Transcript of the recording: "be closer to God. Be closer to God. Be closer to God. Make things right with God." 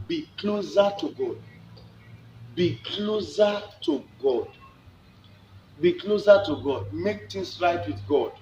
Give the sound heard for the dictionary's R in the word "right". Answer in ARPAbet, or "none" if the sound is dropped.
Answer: R